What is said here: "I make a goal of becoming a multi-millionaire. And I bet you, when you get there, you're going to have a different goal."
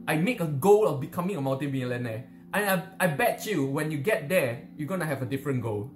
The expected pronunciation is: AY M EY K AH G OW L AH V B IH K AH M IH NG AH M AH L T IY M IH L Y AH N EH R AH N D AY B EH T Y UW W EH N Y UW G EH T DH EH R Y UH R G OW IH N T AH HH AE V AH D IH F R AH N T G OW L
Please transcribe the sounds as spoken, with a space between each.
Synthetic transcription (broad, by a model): AY M EY K AH G OW L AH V B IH K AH M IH NG AH M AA N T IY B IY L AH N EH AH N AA AY B EH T Y UW W EH N Y UW G EH T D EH Y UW G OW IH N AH HH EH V AH D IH F R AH N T G OW L